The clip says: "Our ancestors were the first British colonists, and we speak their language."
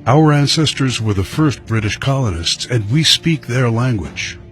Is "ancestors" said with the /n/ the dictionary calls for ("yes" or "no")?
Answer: yes